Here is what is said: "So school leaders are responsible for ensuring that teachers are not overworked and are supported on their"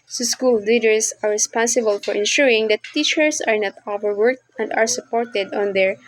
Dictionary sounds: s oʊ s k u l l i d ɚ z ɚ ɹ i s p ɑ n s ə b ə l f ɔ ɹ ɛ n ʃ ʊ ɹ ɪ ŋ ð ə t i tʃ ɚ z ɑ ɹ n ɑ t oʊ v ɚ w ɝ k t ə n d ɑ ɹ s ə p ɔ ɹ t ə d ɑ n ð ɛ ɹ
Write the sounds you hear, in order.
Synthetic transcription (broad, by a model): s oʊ s k u l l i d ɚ s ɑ ɹ i s p ɑ n s ə b ə l f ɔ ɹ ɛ n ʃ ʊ ɹ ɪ ŋ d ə t i tʃ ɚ s ɑ ɹ n ɑ t oʊ v ɚ w ɝ k t ə n d ɑ ɹ s ə p ɔ ɹ t ə d ɑ n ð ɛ ɹ